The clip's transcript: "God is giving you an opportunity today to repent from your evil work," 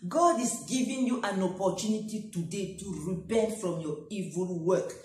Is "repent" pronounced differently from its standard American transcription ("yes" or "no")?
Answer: yes